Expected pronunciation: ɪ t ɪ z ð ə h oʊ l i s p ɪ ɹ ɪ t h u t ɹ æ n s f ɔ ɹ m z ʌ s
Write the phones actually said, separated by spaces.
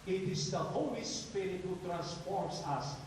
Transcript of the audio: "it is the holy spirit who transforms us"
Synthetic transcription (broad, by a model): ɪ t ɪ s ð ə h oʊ w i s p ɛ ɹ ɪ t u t ɹ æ n s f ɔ ɹ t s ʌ s